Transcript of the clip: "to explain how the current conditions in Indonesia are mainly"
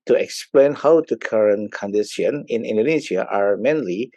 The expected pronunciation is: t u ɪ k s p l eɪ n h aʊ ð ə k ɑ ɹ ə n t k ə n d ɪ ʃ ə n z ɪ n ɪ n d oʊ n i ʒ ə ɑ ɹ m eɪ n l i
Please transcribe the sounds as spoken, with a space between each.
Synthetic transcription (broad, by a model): t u ɪ k s p l eɪ n h aʊ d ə k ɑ ɹ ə n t k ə n d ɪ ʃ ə n ɪ n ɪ n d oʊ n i ʃ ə ɑ ɹ m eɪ n l i